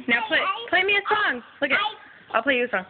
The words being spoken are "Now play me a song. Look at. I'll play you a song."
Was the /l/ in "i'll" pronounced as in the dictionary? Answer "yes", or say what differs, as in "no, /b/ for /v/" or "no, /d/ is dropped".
yes